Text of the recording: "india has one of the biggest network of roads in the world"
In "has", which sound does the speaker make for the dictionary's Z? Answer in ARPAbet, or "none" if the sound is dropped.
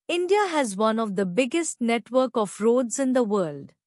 Z